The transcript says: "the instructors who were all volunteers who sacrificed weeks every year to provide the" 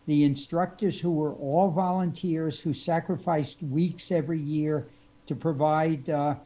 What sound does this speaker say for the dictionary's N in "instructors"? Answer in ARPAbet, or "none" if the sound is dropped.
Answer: N